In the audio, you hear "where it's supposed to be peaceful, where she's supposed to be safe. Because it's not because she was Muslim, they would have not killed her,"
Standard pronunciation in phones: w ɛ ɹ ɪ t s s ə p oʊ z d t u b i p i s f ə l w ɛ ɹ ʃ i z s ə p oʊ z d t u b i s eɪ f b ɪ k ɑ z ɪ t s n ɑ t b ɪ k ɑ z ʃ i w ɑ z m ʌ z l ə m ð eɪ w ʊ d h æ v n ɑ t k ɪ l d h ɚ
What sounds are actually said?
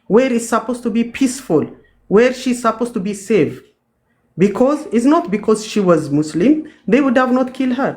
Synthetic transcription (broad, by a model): w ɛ ɹ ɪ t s s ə p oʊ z t u b i p i s f ə l w ɛ ɹ ʃ i z s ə p oʊ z t u b i s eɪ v b ɪ k ɑ z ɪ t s n ɑ t b ɪ k ɑ z ʃ i w ɑ z m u s l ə m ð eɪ w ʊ d h æ v n ɑ t k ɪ l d h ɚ